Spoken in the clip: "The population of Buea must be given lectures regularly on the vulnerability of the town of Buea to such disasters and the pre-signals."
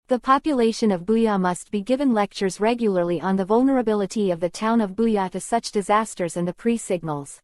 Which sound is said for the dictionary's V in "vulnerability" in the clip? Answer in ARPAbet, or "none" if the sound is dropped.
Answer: V